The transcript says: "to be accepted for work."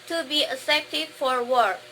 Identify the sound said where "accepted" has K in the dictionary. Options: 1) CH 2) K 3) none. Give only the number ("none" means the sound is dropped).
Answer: 3